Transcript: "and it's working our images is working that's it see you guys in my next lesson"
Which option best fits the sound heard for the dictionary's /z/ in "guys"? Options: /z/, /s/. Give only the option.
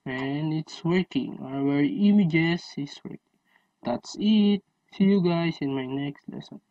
/s/